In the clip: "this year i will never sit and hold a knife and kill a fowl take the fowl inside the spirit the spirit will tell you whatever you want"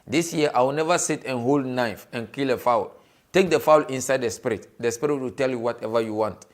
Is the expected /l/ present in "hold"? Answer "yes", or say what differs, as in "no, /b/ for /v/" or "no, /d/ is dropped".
yes